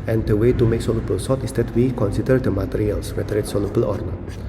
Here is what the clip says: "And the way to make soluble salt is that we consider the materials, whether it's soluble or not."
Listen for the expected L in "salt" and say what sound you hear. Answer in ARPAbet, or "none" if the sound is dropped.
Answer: none